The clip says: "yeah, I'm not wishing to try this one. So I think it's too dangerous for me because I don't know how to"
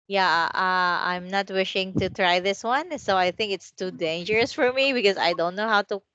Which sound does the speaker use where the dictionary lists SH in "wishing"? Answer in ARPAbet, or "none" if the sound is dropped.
SH